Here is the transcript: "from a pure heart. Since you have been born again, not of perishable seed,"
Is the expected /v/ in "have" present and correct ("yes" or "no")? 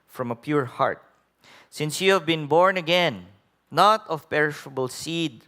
yes